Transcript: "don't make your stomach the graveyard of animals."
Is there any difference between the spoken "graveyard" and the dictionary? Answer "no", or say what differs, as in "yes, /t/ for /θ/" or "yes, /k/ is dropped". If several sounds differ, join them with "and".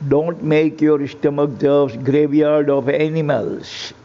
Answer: no